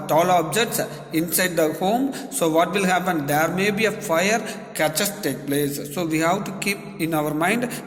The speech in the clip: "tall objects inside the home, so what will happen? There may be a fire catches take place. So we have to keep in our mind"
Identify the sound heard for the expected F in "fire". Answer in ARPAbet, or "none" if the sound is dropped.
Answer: F